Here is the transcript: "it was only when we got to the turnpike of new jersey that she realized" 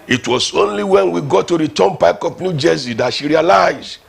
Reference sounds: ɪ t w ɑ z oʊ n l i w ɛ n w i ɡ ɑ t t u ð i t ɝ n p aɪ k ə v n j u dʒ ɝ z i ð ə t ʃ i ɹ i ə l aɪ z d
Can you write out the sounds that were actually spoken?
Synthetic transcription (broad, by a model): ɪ t w ɑ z oʊ n l i w ɛ n w i ɡ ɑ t t u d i t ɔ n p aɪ k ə p n j u dʒ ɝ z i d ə t ʃ i ɹ i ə l aɪ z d